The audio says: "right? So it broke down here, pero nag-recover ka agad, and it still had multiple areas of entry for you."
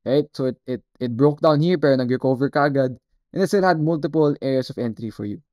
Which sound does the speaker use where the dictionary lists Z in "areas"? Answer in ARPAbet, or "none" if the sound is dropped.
S